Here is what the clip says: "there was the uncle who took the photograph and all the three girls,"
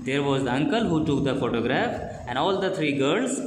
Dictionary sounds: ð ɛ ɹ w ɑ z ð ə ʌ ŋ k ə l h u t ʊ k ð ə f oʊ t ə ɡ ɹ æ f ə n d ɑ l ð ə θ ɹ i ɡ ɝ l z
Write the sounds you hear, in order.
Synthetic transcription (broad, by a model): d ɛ ɹ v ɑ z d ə ʌ ŋ k ə l h u t ʊ k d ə f oʊ t ə ɡ ɹ æ f ə n d ɑ l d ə t ɹ i ɡ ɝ l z